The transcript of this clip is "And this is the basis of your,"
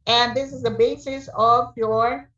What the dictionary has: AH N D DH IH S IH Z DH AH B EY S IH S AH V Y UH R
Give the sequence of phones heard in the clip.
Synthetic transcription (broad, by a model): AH N DH IH S IH Z DH AH B EY S IH S AH V Y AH R